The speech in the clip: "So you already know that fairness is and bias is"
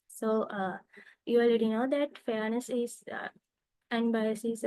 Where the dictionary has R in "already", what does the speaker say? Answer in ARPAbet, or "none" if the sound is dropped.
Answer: L